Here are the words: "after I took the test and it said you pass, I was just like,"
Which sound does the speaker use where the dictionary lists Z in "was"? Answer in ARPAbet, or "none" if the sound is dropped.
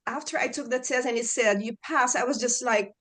Z